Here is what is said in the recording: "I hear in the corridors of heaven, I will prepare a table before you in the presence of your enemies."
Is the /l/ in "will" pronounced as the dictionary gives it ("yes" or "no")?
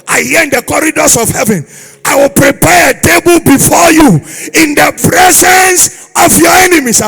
yes